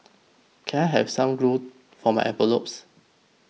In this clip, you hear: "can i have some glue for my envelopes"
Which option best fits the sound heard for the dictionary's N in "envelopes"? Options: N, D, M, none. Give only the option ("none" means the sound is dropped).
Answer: none